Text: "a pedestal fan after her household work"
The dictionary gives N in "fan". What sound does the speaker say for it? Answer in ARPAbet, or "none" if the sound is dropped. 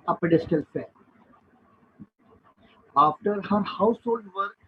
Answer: none